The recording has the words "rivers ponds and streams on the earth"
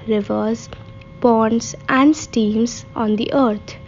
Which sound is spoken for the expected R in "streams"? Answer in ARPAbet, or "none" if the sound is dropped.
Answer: none